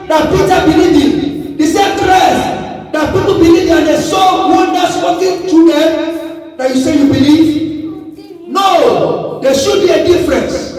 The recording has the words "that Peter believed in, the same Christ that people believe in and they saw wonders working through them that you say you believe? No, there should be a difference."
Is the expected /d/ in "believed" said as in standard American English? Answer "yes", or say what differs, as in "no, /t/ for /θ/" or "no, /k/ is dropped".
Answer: no, /d/ is dropped